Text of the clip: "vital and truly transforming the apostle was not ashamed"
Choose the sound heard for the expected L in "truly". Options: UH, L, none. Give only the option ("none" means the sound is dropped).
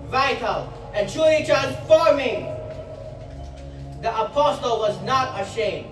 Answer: none